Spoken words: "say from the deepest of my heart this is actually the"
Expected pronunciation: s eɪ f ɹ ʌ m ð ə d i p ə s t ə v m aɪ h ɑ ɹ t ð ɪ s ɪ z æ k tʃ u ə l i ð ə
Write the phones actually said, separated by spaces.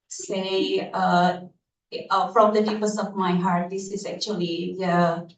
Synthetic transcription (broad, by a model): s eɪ f ɹ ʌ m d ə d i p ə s ə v m aɪ h ɑ ɹ t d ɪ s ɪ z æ k tʃ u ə l i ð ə